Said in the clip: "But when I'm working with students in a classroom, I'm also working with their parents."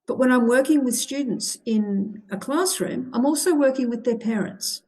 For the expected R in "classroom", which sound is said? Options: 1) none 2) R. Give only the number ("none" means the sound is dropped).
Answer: 2